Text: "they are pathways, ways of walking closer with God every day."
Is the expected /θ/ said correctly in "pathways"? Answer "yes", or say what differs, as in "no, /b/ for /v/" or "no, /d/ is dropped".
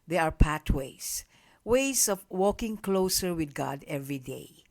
no, /t/ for /θ/